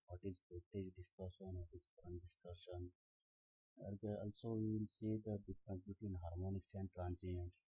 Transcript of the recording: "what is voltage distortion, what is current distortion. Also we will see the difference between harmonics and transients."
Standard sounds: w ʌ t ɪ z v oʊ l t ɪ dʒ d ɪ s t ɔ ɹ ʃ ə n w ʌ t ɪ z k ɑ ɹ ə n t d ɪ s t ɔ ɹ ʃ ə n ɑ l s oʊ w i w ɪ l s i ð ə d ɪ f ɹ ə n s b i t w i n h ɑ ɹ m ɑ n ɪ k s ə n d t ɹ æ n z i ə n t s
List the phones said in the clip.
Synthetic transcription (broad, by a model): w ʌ t ɪ z p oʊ t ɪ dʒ d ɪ s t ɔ ɹ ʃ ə n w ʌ t ɪ z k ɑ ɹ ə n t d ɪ s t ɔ ɹ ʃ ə n ɑ l s oʊ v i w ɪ l s i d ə d ɪ f ɹ ə n s b i t w i n h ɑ ɹ m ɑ n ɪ k s ə n d t ɹ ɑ n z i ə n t s